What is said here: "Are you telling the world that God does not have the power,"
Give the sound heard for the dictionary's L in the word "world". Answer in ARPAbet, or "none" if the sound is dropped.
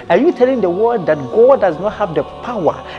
none